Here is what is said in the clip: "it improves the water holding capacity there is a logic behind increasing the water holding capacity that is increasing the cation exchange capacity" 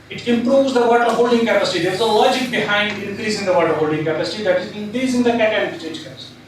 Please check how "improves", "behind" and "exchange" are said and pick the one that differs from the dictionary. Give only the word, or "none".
exchange